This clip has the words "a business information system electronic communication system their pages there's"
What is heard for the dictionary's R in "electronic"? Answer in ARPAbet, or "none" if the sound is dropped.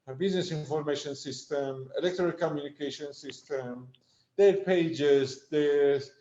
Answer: none